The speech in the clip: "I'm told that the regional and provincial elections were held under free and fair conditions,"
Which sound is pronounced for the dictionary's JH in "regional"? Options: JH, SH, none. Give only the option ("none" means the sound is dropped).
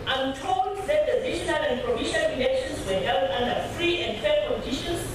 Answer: SH